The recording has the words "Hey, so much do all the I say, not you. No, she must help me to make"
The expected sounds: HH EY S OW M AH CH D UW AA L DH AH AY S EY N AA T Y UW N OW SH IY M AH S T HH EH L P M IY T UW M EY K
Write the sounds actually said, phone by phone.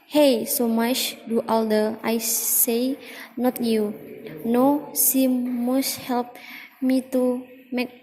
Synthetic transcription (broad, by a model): HH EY S OW M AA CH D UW AA L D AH AY S EY N AA T Y UW N OW S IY M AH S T HH EH L P M IY T UW M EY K